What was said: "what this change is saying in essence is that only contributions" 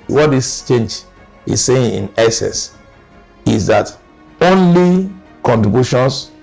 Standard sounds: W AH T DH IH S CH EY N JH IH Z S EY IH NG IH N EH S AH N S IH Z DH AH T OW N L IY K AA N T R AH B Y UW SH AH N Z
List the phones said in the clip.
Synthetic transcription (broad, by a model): W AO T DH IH S CH EY N JH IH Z S EY IH NG IH N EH S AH S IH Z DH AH T OW N L IY K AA N T R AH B Y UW SH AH N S